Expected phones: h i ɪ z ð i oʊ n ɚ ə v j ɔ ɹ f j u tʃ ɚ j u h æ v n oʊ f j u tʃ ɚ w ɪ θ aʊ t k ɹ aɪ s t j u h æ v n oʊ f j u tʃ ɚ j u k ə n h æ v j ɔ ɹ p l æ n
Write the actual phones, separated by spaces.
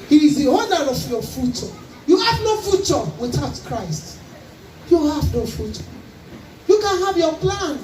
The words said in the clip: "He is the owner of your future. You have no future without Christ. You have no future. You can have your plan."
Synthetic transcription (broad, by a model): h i ɪ z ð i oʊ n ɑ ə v j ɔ f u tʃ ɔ j u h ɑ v n oʊ f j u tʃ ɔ w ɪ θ aʊ t k ɹ aɪ s t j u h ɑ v n oʊ f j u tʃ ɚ j u k ə n h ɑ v j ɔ p l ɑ n